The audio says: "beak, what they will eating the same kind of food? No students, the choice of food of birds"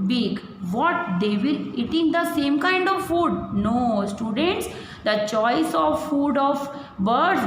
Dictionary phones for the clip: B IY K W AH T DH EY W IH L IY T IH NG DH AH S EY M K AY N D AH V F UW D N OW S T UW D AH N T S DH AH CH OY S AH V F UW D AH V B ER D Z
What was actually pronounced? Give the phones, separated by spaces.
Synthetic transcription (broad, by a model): B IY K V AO T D EY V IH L IY T IH NG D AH S EY M K AY N D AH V F UW D N OW S T UW D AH N T S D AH CH OY S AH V F UW D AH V B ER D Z